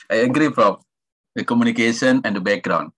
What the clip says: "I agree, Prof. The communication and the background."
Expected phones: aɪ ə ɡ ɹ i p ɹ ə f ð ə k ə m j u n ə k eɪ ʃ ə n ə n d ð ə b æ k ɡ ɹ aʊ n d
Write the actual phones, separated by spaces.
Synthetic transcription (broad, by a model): aɪ ə ɡ ɹ i f ɹ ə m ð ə k ə m j u n ə k eɪ ʃ ə n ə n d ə b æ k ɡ ɹ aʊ n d